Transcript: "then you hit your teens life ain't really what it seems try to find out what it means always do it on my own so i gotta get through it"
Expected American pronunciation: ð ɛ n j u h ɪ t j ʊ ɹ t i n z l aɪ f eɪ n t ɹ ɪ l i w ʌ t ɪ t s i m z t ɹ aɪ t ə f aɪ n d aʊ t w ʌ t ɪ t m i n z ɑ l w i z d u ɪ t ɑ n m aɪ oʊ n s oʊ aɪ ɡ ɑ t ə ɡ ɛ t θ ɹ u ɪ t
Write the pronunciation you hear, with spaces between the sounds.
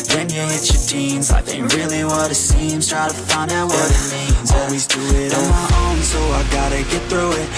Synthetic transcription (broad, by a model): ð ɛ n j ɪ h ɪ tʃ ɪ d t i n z aɪ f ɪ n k ɹ ɪ l i w ʌ t ɪ t s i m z t ɹ aɪ t ə f aɪ n d aʊ t w ʌ t ɪ t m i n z ɑ l w i z d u ɪ t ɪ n m aɪ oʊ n s oʊ aɪ ɡ ɑ t ə ɡ ɛ t θ ɹ u ɪ t